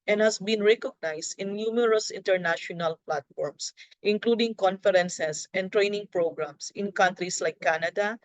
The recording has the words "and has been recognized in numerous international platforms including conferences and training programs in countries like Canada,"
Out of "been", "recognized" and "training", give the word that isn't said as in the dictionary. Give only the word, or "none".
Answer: recognized